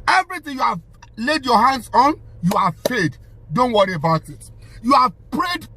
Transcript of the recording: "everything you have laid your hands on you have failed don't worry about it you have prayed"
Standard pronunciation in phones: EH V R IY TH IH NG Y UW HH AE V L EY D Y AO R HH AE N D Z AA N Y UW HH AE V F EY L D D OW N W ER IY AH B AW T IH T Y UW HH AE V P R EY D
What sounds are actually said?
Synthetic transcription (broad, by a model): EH V R IY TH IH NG Y UW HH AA V L EY D Y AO HH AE N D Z AA N Y UW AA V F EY D D OW N W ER IY AH B AW T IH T Y UW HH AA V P R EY D